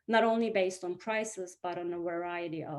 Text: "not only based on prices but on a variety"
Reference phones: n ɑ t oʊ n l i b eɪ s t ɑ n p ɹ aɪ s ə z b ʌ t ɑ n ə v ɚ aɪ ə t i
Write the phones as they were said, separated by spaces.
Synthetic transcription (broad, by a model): n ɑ t oʊ n l i b eɪ s t n p ɹ aɪ s ə z b ʌ t n ə v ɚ aɪ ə t i